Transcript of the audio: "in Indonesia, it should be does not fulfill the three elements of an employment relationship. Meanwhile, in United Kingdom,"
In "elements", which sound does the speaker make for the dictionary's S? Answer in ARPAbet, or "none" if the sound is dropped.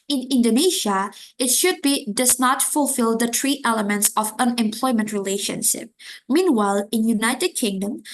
S